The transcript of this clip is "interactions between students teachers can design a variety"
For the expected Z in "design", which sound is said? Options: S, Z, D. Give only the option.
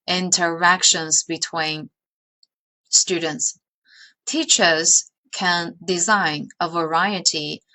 Z